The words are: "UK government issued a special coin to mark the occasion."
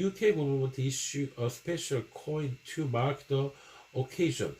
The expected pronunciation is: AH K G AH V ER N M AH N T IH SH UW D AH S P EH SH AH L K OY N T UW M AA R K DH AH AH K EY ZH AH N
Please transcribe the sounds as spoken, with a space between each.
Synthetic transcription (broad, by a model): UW K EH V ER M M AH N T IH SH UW AH S P EH SH AH L K OY N T UW M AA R K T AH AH K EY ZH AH N